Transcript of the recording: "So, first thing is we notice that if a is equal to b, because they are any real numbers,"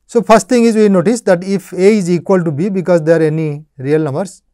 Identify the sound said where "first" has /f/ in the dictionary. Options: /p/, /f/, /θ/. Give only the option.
/p/